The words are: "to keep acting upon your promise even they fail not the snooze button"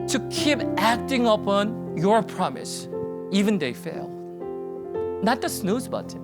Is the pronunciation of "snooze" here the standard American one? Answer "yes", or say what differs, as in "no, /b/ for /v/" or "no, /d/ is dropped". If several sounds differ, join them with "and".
yes